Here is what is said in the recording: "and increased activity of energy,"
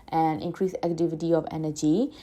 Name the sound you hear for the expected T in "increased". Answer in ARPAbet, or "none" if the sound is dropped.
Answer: none